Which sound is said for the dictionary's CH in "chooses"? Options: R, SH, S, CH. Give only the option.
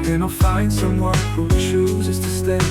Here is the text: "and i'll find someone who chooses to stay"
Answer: SH